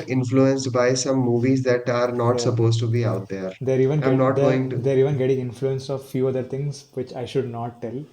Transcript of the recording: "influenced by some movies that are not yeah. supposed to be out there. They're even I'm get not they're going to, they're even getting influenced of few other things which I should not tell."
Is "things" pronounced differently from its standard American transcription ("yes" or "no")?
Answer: yes